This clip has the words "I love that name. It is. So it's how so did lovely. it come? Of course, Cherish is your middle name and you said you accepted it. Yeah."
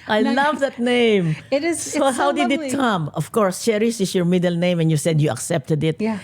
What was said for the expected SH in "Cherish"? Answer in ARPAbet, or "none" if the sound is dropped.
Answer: S